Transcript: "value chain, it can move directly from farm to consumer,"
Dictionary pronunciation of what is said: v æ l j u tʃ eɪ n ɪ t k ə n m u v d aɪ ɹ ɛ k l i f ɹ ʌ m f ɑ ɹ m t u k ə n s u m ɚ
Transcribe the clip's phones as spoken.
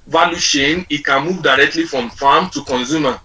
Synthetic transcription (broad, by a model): v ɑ l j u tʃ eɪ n ɪ t k ə n m u v d aɪ ɹ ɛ k l i f ɹ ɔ m f ɑ m t u k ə n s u m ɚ